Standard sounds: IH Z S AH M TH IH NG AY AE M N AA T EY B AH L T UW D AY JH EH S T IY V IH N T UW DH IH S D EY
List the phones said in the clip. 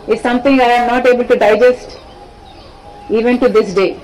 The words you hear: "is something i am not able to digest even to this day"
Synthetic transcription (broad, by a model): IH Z S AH M T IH NG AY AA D N AA T EY B AH L T UW D AY JH EH S T IY V IH N T UW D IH S D EY